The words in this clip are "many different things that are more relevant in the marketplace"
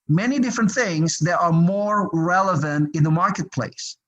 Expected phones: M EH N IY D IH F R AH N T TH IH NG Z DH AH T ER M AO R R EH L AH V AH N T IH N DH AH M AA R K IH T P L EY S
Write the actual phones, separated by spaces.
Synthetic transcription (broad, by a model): M EH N IY D IH F R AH N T TH IH NG Z DH AH T ER M AO R R EH L AH V AH N T IH N DH AH M AA R K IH T P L EY S